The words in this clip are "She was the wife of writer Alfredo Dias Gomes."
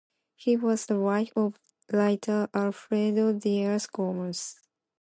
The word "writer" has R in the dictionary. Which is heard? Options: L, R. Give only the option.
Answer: L